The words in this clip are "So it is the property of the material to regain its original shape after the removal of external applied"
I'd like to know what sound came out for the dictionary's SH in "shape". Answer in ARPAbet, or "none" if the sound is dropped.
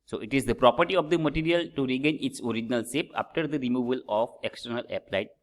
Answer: S